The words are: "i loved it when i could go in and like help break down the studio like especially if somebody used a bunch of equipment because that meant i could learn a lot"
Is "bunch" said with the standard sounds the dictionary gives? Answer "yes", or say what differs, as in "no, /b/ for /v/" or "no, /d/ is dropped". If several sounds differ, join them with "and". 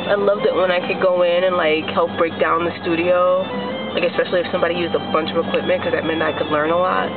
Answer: yes